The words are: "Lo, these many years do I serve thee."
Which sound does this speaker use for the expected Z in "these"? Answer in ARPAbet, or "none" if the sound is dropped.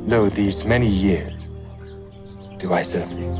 Z